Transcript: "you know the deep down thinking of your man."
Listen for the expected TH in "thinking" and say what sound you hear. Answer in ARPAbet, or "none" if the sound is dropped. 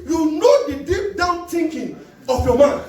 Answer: T